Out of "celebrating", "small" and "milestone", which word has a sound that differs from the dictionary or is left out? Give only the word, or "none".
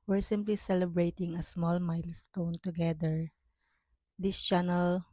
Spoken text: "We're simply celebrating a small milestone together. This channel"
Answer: none